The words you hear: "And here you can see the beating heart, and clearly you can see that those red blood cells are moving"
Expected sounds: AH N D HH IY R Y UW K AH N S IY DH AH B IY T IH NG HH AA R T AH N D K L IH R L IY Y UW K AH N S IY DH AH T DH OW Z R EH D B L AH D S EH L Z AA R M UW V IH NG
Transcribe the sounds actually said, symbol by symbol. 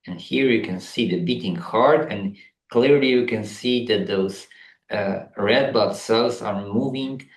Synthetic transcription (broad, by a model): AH N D HH IY R Y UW K AH N S IY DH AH B IY T IH NG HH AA R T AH N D K L IH R L IY Y UW K AH N S IY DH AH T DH OW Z R EH D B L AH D S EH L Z AA R M UW V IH NG